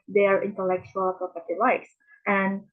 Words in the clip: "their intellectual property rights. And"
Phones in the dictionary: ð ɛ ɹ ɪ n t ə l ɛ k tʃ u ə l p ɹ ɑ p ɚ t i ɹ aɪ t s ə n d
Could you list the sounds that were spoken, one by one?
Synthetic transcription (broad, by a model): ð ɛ ɹ ɪ n t ə l ɛ k tʃ u ə l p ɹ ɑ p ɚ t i l aɪ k s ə n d